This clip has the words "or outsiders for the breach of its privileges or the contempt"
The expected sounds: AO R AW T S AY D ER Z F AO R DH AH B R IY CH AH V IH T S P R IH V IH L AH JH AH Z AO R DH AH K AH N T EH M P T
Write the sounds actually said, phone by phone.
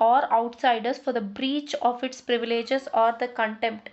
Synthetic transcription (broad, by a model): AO R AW T S AY D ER S F AO R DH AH B R IY CH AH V IH T S P R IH V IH L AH JH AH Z AO R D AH K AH N T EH M P T